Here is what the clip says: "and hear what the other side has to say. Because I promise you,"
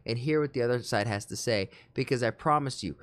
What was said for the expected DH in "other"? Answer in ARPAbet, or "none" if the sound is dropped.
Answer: DH